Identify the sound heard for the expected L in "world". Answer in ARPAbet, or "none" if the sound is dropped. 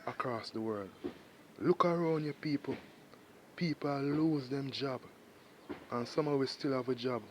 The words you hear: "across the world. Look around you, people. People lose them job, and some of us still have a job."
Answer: L